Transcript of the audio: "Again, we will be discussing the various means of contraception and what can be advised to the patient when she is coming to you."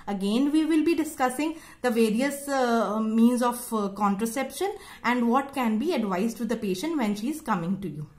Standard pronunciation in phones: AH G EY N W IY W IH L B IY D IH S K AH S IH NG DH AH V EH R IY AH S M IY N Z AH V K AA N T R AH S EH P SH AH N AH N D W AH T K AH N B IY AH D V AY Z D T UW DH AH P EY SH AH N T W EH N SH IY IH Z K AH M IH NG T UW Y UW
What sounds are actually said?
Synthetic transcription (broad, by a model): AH G EY N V IY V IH L B IY D IH S K AH S IH NG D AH V EH R IY AH S M IY N Z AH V K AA N T R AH S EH P SH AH N AH N D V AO T K AH N B IY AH D V AY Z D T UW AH P EY SH AH N T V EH N SH IY IH Z K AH M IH NG T UW Y UW